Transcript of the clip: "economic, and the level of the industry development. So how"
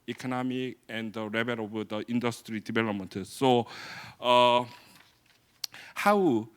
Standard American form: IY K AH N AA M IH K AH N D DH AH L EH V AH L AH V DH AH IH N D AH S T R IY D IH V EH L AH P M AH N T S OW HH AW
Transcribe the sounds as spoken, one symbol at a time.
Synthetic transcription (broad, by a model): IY K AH N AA M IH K AH N D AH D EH B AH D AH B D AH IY N D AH S T R IY D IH B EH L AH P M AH N T S OW HH AW